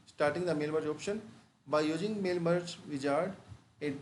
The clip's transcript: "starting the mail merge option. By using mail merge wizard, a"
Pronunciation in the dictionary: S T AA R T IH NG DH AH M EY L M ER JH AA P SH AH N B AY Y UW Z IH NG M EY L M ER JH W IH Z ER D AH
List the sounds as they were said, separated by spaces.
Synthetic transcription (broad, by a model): S T AA R T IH NG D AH M EY L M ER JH AA P SH AH N B AY Y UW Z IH NG M EY L M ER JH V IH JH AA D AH